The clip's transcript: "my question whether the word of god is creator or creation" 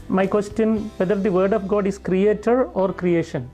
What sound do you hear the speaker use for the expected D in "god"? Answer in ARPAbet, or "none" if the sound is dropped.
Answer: D